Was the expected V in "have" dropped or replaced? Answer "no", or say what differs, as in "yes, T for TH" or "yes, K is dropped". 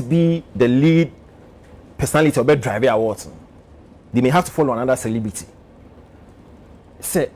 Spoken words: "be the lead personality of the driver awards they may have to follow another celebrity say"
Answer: yes, F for V